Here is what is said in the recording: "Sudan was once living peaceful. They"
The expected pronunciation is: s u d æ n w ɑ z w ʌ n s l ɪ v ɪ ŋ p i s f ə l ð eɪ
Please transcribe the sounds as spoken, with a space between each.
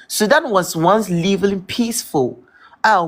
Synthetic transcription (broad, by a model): s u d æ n w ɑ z w ʌ n s l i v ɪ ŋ p i s f ə l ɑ